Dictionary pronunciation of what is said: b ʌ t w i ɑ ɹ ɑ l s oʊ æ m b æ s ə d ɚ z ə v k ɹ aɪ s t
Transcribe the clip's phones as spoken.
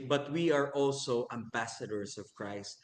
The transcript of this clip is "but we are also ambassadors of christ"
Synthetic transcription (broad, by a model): b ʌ t w i ɑ ɹ ɑ l s oʊ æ m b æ s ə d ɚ s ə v k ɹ aɪ s t